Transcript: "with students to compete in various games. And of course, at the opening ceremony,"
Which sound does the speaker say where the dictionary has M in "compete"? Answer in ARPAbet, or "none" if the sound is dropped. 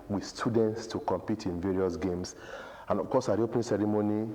M